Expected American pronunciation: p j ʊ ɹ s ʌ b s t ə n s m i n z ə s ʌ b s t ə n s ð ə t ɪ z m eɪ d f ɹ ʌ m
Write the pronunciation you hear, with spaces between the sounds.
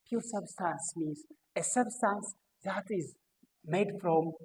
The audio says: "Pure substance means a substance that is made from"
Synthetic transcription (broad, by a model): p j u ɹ s ʌ b s t ə n s m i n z ə s ʌ b s t ə n s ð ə t ɪ z m eɪ d f ɹ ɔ m